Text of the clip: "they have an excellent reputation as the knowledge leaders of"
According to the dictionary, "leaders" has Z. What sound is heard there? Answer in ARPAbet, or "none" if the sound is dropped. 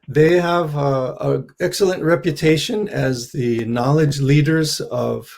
Z